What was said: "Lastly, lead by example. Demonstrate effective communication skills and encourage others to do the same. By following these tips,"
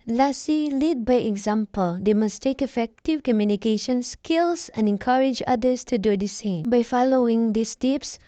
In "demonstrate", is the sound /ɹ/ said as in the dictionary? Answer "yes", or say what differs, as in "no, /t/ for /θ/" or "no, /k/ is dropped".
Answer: no, /ɹ/ is dropped